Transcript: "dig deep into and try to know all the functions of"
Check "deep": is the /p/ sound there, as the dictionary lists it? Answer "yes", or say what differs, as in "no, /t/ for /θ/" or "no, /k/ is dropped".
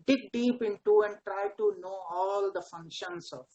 yes